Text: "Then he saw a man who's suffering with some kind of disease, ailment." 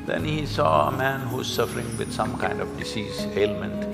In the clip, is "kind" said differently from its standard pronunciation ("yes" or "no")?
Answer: no